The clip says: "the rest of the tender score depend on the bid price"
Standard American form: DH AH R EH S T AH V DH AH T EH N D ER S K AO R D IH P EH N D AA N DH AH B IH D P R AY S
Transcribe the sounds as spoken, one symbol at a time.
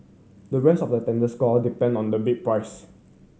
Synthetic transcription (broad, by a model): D AH R EH S T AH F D AH T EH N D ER S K AO L D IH P EH N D AA N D AH B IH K P R AY S